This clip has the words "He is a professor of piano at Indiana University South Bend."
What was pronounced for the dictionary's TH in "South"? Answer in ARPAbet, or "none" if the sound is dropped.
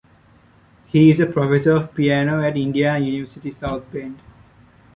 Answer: T